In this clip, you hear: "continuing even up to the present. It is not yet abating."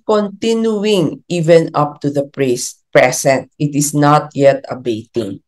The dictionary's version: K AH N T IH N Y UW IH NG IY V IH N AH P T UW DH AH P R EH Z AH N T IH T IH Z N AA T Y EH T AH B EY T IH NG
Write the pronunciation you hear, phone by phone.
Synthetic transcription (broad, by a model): K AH N T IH N Y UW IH NG IY V IH N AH P T UW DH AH P R EH S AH N T IH T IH S N AA T Y EH T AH B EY T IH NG